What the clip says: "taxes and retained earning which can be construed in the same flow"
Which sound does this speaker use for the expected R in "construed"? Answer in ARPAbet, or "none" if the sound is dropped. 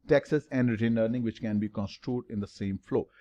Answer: R